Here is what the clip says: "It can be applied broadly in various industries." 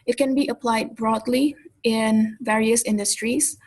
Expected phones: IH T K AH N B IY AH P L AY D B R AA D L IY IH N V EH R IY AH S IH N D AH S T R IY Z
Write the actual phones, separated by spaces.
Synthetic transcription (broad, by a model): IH T K AH N B IY AH P L AY D B R AA D L IY IH N V EH R IY AH S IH N D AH S T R IY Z